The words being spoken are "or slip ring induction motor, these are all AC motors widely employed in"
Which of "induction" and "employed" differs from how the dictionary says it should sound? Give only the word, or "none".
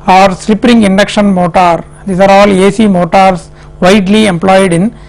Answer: none